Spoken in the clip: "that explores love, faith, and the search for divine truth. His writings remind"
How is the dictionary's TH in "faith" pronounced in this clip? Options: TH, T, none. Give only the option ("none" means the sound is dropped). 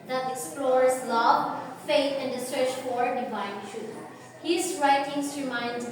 T